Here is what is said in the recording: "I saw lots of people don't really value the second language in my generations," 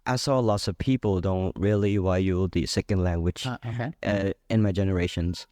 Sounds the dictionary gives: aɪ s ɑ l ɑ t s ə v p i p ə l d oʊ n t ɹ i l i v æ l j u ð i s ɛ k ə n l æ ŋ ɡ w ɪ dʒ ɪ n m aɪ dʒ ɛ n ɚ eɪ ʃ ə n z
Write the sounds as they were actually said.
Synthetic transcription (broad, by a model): aɪ s ɑ l ɑ t s ə v p i p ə l d oʊ n t ɹ i l i w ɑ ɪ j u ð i s ɛ k ə n l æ ŋ ɡ w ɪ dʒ ɪ n m aɪ dʒ ɛ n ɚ eɪ ʃ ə n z